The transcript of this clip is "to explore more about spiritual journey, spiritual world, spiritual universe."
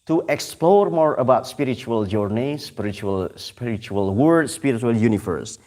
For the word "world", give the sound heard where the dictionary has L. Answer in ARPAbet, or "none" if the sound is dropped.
none